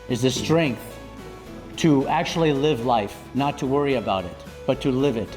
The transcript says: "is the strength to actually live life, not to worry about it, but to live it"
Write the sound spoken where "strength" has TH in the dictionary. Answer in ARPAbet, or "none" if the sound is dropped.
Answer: TH